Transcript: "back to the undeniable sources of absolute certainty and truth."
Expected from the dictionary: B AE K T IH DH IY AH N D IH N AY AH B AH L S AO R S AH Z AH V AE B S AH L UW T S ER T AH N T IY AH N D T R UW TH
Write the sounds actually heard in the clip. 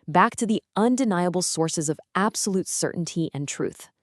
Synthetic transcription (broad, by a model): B AE K T IH DH IY AH N D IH N AY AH B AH L S AO R S AH Z AH V AE B S AH L UW T S ER T N T IY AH N T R UW TH